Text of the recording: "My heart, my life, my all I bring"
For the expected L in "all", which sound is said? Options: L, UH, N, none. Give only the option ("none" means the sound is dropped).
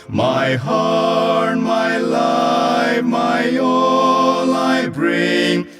N